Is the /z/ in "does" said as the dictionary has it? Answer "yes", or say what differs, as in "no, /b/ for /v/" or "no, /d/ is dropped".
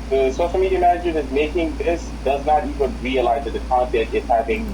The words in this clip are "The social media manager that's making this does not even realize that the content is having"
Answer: yes